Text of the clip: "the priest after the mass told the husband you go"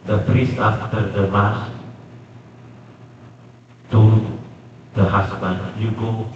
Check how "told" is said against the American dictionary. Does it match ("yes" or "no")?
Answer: no